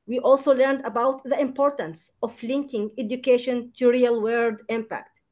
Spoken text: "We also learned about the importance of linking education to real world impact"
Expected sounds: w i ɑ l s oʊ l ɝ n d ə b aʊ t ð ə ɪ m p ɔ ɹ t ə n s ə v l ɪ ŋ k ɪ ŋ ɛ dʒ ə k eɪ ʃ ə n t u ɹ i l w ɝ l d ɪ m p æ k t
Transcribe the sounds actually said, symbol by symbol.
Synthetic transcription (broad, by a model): w i ɑ l s oʊ l ɝ n d ə b aʊ t ð ə ɪ m p ɔ ɹ t ə n s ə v l ɪ ŋ k ɪ ŋ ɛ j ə k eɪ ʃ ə n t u ɹ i l w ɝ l d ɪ m p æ k t